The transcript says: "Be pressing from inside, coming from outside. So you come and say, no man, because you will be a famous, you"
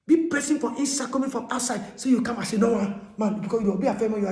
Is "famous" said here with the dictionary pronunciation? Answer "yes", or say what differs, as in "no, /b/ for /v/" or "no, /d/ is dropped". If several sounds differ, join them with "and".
no, /s/ is dropped